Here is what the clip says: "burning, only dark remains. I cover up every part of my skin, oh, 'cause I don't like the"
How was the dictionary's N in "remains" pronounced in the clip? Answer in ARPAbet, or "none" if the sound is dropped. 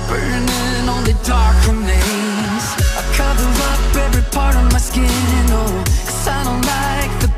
none